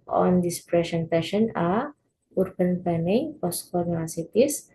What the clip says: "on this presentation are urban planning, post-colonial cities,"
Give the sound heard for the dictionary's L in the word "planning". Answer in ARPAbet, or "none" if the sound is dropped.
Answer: none